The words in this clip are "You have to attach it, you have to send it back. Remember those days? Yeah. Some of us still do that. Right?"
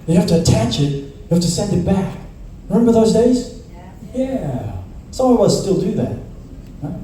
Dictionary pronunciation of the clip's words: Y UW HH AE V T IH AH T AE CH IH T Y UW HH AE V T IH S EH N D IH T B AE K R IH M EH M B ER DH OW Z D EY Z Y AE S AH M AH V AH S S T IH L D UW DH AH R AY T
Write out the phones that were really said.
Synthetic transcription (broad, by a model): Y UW HH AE F T IH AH T AE CH IH T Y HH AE F T IH S EH N D IH T B AE K R IH M EH M B ER DH OW Z D EY Z Y AE S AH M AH W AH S S T IH L D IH DH AH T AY